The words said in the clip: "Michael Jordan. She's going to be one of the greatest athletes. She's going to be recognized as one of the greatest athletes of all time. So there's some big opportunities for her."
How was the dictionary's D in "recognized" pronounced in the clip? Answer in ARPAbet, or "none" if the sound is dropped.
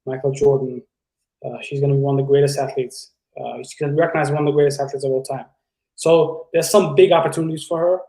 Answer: none